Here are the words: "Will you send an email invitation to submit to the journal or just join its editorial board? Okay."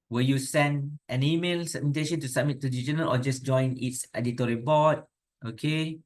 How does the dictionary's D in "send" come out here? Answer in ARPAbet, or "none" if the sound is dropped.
D